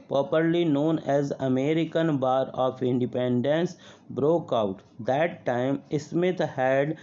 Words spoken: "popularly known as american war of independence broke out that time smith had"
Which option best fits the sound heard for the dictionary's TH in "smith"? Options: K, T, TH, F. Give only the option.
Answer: T